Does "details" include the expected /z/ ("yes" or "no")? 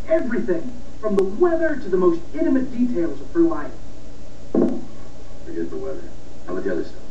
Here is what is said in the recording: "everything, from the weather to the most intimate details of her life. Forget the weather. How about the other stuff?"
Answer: yes